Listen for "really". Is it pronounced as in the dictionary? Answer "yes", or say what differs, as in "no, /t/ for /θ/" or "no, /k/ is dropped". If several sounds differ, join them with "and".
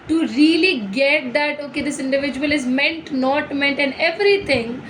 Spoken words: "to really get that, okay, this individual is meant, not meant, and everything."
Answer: yes